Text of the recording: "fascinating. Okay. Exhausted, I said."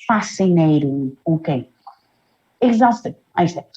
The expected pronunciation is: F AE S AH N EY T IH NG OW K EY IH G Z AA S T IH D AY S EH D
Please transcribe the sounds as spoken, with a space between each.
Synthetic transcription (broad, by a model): F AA S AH N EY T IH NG OW K EY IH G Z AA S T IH AY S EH